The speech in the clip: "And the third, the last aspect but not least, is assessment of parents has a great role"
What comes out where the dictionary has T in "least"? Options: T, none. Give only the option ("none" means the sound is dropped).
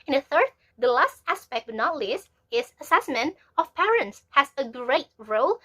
none